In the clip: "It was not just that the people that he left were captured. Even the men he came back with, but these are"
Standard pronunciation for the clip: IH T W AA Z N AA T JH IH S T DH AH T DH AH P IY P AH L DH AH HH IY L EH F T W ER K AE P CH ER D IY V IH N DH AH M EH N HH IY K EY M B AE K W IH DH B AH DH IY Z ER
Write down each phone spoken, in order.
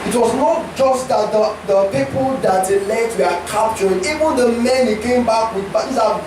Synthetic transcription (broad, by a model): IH T W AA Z N AA T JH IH S T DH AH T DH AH P IY P AH L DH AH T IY L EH T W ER K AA P CH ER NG IY V IH N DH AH M EH N HH IY K EY M B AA K W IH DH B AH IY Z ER